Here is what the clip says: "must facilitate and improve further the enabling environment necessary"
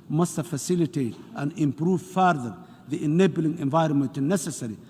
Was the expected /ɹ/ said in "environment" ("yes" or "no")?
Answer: yes